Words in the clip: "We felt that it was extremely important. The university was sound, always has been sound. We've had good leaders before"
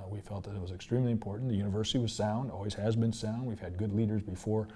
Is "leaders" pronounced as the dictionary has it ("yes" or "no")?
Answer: yes